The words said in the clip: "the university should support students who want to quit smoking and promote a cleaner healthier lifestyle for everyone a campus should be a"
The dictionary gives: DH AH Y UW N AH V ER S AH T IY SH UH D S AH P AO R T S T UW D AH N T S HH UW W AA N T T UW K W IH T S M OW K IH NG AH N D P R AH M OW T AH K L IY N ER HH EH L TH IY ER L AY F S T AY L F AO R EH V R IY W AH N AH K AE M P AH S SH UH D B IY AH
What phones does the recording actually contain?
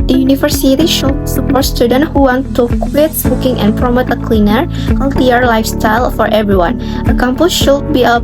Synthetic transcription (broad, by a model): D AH Y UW N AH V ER S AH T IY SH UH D S AH P AO R T S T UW D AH N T HH UW W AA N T T UW K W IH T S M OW K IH NG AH N P R AH M OW T AH K L IY N ER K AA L T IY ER L AY F S T AY L F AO R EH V R IY W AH N AH K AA M P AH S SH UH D B IY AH